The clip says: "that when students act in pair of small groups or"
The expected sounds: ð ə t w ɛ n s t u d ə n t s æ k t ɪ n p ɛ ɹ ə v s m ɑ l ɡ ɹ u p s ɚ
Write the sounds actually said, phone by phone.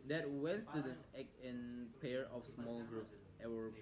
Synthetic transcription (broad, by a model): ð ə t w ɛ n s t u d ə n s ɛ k ɪ n p ɛ ɹ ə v s m ɑ l ɡ ɹ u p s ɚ